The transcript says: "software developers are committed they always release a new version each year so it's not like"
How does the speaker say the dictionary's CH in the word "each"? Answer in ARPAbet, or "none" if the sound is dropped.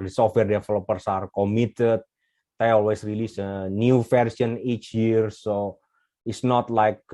CH